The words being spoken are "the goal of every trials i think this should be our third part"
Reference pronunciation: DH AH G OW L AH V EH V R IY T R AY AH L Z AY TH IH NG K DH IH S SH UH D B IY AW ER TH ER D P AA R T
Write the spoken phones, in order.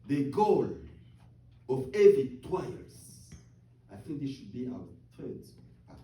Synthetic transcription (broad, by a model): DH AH G OW L AH V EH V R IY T W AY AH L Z AY TH IH NG K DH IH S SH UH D B IY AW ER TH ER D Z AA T